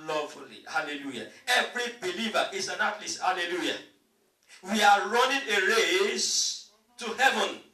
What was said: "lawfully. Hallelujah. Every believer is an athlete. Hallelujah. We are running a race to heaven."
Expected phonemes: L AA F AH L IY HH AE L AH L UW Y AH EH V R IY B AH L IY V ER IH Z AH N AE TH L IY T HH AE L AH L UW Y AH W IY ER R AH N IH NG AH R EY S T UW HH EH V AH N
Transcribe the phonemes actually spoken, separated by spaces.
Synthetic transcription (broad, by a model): L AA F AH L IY HH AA L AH L UW Y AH EH V R IY B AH L IY V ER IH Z AH N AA T L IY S HH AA L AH L UW Y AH W IY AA R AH N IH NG AH R EY S T UW HH EH V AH N